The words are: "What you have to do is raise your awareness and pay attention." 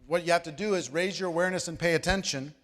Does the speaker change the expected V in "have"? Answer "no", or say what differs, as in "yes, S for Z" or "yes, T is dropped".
yes, F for V